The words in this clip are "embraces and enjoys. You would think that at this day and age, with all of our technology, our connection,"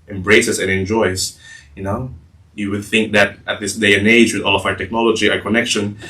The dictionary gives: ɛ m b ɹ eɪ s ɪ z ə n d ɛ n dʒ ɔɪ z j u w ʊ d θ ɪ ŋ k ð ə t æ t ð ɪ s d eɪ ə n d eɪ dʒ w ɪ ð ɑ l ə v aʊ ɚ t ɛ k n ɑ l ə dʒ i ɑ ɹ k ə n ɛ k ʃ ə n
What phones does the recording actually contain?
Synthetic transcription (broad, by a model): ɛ m b ɹ eɪ s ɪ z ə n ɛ n dʒ ɔɪ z j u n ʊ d θ ɪ ŋ k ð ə t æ t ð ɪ s d eɪ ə n eɪ dʒ w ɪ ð ɑ l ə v aʊ ɚ t ɛ k n ɑ l ə dʒ i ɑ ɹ k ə n ɛ k ʃ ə n